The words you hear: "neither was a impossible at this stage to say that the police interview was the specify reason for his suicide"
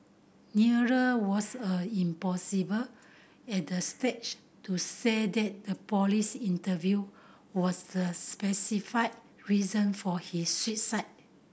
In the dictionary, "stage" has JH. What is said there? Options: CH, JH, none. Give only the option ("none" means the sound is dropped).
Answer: CH